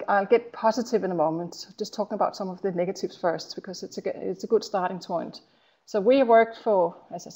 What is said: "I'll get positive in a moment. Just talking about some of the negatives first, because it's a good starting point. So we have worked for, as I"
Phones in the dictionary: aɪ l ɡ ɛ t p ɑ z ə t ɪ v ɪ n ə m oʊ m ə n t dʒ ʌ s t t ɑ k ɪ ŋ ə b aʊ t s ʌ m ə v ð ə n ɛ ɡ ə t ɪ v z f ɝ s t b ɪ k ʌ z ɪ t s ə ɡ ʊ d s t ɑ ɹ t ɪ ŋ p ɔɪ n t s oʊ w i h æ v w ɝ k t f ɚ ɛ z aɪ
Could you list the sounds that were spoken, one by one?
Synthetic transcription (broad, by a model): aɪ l ɡ ɛ t p ɑ z ə t ɪ v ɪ n ə m oʊ m ə n t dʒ ʌ s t t ɑ k ɪ ŋ ə b aʊ t s ʌ m ə v ð ə n ɛ ɡ ə t ɪ v z f ɝ s t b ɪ k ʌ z ɪ t s ə ɡ ʊ d s t ɑ ɹ t ɪ ŋ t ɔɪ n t s oʊ w i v w ɝ k t f ɚ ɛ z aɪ